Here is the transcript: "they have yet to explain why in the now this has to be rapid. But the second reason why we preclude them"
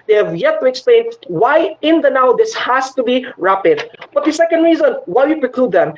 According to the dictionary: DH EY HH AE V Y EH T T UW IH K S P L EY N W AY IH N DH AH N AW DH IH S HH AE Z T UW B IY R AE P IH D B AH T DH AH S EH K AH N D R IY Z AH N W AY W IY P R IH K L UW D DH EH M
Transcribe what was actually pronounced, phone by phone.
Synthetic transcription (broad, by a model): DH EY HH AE V Y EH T T UW IH K S P L EY N W AY IH N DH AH N AW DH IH S HH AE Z T UW B IY R AE P IH D B AH T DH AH S EH K AH N D R IY Z AH N W AY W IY P R IH K L UW D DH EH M